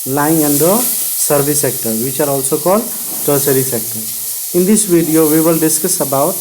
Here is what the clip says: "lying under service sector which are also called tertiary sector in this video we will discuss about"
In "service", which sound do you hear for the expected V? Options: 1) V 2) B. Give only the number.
2